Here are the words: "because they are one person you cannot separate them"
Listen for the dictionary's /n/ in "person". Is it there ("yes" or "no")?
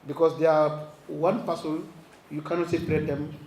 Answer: no